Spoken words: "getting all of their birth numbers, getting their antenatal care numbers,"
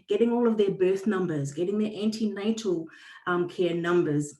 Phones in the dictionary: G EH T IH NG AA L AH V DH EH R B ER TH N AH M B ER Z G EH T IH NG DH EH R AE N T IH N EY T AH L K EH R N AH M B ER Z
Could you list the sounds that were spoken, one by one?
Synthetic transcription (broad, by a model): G EH T IH NG AA L AH V DH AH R B ER TH N AH M B ER Z G EH T IH NG DH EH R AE N T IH N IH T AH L K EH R N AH M B ER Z